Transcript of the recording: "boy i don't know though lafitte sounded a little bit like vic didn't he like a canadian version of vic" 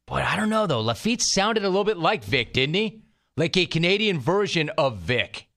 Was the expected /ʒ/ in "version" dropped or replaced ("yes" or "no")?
no